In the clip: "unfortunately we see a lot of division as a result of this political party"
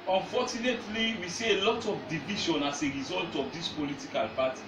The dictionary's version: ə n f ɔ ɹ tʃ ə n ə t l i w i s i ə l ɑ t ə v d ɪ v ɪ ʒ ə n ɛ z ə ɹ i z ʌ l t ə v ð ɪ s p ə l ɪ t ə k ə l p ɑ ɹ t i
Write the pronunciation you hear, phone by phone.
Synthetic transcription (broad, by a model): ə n f ɔ tʃ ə n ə t l i w i s i ə l ɑ t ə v d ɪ v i ʃ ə n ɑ s ə ɹ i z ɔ l t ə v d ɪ s p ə l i t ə k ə l p ɑ t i